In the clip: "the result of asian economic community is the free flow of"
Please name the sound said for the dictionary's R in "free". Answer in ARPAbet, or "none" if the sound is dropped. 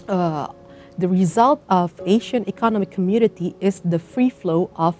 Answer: R